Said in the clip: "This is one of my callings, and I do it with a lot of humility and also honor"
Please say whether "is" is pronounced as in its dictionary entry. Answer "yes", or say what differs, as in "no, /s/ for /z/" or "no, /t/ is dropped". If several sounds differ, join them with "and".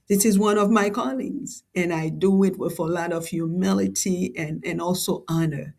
yes